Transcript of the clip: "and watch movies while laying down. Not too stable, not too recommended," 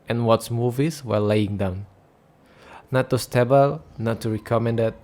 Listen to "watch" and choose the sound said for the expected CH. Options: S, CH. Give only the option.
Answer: S